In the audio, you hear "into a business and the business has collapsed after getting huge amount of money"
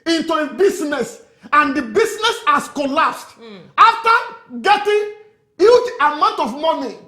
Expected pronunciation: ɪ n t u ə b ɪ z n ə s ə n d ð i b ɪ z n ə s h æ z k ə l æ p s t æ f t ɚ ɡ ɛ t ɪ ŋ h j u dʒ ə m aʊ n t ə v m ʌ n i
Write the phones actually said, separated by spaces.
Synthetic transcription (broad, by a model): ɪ n t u ə b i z n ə s ə n d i b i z n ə s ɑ s k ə l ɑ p s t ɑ f t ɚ ɡ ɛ t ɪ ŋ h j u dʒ ə m aʊ n t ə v m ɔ n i